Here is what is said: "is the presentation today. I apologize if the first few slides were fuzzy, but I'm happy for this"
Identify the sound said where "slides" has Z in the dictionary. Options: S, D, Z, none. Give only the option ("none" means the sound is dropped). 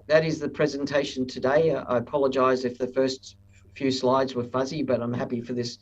Z